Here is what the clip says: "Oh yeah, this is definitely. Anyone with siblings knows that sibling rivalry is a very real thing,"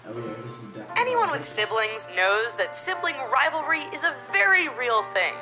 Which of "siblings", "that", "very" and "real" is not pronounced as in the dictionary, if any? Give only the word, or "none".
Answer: none